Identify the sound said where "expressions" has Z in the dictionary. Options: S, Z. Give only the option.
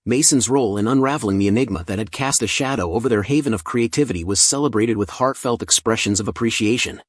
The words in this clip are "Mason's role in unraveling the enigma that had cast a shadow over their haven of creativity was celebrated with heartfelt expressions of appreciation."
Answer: Z